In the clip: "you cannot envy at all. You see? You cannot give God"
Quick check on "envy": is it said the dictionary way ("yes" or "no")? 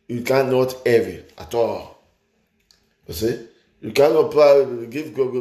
no